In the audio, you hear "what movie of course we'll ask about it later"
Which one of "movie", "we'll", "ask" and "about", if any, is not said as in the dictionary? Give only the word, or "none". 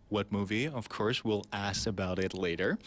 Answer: ask